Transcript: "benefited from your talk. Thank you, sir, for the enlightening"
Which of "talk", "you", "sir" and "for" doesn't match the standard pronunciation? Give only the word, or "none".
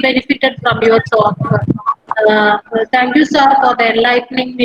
talk